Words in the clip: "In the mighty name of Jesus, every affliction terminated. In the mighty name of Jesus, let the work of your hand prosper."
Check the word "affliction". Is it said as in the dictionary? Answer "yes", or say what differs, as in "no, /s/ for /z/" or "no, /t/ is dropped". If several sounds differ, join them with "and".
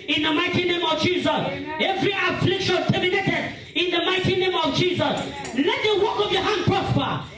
yes